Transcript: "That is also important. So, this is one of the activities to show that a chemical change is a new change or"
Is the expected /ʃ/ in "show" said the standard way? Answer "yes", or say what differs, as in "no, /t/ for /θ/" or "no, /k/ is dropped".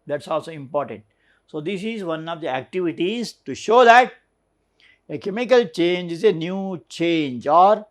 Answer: yes